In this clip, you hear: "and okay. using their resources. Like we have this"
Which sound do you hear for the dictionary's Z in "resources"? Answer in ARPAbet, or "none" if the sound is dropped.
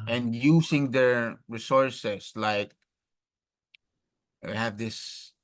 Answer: S